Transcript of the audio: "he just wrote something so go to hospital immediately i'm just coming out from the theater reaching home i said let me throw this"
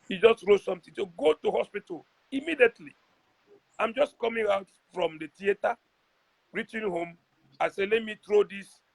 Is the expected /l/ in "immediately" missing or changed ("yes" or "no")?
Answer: no